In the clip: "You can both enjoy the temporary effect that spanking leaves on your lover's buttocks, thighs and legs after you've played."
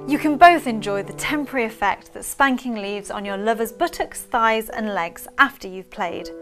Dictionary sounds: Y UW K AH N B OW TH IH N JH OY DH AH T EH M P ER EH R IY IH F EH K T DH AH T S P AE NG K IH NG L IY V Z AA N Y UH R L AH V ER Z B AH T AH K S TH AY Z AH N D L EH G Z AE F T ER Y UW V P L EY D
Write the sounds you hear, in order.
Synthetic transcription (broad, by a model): Y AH K AH N B OW TH IH N JH OY DH AH T EH M P ER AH R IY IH F EH K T DH AH T S P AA NG K IH NG L IY V Z N Y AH L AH V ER Z B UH T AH K S TH AY Z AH N L EH G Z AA F T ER Y UW V P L EY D